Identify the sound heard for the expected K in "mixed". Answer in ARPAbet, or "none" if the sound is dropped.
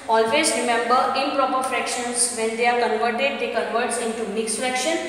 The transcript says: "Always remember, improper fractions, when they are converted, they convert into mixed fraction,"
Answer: K